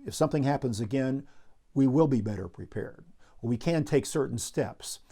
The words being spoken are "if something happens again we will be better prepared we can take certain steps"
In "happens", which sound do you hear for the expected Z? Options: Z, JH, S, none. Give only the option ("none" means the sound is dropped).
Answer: Z